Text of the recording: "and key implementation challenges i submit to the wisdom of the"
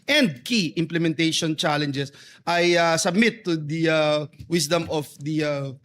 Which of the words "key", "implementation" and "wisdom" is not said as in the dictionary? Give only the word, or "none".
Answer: wisdom